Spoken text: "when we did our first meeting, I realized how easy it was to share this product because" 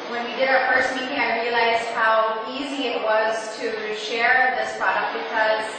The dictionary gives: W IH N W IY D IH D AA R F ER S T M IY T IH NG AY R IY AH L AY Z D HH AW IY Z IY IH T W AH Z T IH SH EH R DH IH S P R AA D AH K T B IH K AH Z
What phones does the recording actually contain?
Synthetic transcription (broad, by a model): W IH N W IY D IH D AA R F ER S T M IY T IH NG AY R IY AH L AY Z D HH AW IY Z IY IH T W AH Z T IH SH EH R DH IH S P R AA D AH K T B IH K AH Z